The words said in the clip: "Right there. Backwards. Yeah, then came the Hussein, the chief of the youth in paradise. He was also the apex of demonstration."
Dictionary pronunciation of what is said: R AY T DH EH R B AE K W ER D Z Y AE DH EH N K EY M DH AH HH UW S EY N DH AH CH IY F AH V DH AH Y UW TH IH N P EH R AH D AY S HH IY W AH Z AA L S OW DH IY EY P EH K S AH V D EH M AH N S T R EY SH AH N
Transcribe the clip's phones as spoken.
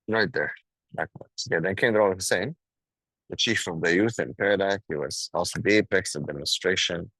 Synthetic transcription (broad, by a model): R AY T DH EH R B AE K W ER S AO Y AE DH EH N K EY M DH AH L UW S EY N DH AH CH IY F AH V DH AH Y UW TH IH N P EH R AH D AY HH IY W AH Z AA L S OW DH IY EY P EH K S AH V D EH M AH N S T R EY SH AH N